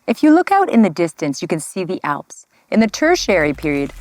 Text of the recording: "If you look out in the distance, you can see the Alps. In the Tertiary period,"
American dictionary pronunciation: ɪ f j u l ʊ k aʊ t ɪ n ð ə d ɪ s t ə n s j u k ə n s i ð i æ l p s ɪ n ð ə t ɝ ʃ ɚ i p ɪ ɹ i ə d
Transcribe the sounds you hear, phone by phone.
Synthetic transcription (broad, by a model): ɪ f j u l ʊ k aʊ t ɪ n ð ə d ɪ s t ə n s j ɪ k ə n s i ð i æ l p s ɪ n ð ə t ɝ ʃ ɚ i p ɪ ɹ i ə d